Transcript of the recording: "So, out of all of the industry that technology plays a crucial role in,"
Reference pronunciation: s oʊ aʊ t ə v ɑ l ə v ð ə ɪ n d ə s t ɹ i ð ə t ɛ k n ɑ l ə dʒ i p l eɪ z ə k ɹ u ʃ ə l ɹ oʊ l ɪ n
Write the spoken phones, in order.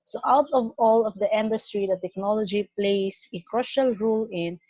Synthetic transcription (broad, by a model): s oʊ aʊ t ə v ɑ l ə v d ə ɪ n d ə s t ɹ i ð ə t ɛ k n ɑ l ə dʒ i p l eɪ s ə k ɹ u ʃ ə l ɹ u l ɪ n